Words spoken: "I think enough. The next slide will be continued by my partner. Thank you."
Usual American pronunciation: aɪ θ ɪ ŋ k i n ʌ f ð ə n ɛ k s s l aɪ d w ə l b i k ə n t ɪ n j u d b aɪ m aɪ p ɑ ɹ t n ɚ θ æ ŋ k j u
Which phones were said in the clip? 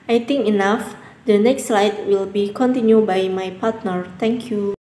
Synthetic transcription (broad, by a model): aɪ t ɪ ŋ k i n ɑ f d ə n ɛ k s s l aɪ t w ə l b i k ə n t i n j u b aɪ m aɪ p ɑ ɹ t n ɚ t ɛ ŋ k j u